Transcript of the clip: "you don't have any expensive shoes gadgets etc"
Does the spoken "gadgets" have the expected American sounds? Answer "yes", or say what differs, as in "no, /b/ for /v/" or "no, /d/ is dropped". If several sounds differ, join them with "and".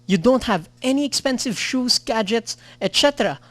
yes